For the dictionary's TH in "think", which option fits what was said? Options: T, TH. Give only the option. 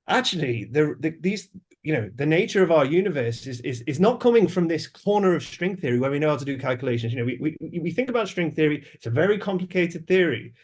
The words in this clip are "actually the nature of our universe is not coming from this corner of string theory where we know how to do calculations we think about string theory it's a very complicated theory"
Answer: TH